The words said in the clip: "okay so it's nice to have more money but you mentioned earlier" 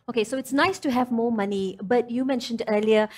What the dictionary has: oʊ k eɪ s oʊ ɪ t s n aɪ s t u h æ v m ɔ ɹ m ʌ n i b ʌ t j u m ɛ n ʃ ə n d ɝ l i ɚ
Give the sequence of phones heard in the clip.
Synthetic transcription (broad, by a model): oʊ k eɪ s oʊ ɪ t s n aɪ s t u h æ v m ɔ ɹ m ʌ n i b ʌ t j u m ɛ n ʃ ə n d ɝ l i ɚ